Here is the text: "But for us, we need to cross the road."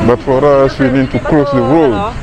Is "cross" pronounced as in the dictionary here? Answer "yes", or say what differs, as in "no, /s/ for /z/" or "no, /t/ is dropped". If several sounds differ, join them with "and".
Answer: no, /l/ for /ɹ/